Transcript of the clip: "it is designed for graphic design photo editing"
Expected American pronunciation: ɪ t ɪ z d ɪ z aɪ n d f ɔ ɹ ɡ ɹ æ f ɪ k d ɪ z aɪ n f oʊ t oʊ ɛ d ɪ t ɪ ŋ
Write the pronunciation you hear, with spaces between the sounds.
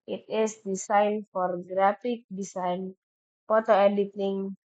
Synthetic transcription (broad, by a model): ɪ t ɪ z d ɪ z aɪ n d f ɔ ɹ ɡ ɹ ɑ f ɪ k d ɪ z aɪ n p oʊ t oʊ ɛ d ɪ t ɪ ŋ